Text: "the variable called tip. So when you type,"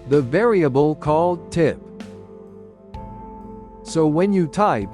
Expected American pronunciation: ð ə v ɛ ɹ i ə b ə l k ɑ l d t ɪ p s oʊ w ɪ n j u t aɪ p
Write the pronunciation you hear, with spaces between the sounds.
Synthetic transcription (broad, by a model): ð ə v ɛ ɹ i ə b ə l k ɑ l d t ɪ p s oʊ w ɪ n j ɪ t aɪ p